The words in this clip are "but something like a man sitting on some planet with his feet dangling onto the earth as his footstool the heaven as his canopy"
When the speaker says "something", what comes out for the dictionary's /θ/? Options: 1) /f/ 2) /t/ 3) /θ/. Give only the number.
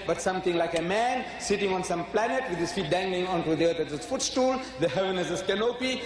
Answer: 2